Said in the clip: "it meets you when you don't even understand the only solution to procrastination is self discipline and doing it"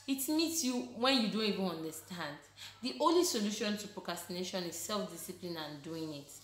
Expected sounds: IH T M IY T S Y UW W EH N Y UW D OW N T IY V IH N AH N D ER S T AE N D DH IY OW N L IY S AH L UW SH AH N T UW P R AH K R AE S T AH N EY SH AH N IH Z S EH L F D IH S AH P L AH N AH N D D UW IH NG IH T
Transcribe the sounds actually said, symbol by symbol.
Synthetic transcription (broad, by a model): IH T M IY T S Y UW W EH N Y UW D OW N T IY V IH N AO N D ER S T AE N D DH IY OW N L IY S AH L UW SH AH N T UW P R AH K R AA S T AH N EY SH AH N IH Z S EH L F D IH S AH P L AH N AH N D D UW IH NG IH T